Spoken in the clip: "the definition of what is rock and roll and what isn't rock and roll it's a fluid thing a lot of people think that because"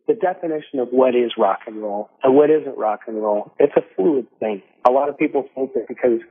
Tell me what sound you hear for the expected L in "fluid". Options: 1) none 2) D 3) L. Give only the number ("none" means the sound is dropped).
1